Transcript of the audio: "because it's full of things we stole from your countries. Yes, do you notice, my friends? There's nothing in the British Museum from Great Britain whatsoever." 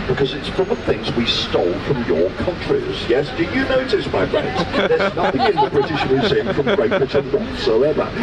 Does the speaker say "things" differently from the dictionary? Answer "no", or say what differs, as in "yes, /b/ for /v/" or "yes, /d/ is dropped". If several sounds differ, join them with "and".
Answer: no